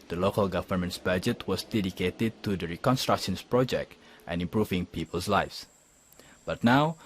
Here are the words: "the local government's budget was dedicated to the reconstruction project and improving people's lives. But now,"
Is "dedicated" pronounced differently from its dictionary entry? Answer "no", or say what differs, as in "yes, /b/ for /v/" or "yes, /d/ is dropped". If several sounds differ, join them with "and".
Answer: no